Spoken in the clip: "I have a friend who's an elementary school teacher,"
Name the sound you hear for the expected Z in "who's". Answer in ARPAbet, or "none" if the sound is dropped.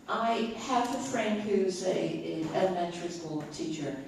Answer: Z